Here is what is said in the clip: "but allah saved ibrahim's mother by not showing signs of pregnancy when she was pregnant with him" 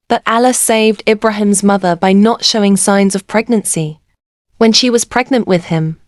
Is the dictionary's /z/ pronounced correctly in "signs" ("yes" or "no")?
yes